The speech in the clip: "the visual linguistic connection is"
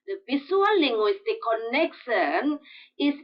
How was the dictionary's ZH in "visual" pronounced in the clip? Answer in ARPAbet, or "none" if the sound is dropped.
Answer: S